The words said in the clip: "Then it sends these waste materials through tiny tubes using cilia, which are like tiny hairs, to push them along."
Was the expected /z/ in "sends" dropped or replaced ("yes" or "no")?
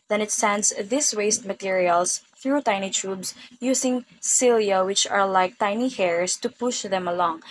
yes